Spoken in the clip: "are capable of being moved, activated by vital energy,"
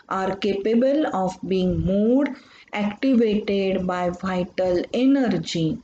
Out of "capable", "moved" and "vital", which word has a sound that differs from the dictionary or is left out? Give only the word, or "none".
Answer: moved